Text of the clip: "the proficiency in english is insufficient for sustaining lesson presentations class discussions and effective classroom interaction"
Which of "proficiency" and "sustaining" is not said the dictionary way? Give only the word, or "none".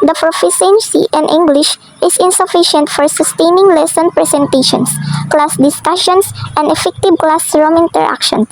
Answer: proficiency